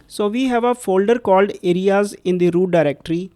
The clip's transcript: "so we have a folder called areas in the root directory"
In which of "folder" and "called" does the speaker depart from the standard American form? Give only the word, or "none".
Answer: none